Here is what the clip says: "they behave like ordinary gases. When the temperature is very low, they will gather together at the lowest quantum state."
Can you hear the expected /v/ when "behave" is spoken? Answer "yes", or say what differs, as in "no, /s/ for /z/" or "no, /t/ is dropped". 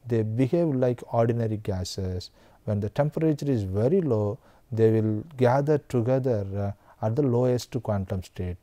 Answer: yes